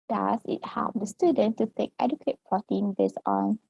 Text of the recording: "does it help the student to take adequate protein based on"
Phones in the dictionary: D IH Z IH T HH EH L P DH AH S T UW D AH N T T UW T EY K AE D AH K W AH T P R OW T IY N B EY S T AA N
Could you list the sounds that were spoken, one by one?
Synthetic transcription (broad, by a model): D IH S IH T HH EH L P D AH S T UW D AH N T T UW T EY K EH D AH K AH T P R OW T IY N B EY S AA N